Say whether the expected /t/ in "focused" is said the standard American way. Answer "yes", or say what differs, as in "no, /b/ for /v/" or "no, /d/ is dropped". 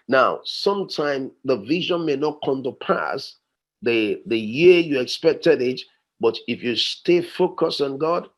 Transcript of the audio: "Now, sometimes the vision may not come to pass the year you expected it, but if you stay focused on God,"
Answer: no, /t/ is dropped